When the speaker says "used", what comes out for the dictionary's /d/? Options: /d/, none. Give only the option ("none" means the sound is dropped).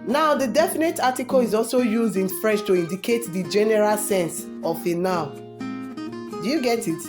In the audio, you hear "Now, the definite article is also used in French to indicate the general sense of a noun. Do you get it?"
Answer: /d/